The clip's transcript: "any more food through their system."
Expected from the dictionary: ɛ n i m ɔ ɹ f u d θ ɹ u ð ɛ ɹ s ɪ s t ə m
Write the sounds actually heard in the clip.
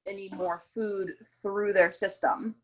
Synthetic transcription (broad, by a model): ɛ n i m ɔ ɹ f u d θ ɹ u ð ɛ ɹ s ɪ s t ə m